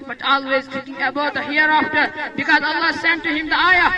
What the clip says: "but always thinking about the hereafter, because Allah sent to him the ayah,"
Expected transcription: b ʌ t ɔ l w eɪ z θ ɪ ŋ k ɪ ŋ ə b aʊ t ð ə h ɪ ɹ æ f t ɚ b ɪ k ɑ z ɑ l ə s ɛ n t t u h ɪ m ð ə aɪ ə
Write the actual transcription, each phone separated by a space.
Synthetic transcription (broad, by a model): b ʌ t ɔ l w eɪ z t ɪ k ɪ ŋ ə b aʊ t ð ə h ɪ ɹ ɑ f t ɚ b ɪ k ɑ z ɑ l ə s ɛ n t t u h ɪ m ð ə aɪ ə